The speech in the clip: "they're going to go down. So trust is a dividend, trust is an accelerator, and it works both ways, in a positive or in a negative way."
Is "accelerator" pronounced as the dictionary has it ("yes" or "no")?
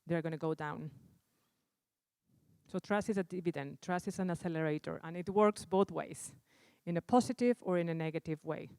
no